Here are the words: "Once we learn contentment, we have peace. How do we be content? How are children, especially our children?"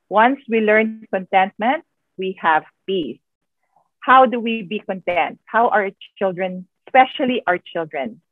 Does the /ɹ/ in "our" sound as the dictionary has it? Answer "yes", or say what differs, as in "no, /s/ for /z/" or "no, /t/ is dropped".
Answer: yes